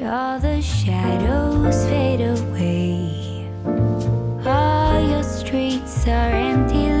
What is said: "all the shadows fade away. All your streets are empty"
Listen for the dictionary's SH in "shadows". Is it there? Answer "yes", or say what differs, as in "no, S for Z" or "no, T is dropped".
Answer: yes